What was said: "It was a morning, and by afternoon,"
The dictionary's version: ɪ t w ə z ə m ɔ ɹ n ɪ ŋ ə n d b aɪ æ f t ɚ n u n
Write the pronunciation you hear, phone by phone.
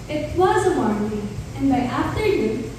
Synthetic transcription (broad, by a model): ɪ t w ə z ə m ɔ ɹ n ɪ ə n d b aɪ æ f t ɚ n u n